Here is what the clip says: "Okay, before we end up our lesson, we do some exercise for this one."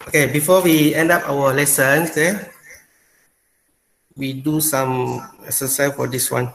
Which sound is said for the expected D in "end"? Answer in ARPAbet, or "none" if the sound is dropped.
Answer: D